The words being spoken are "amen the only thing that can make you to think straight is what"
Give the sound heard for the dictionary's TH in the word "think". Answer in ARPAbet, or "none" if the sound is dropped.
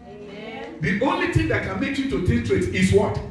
T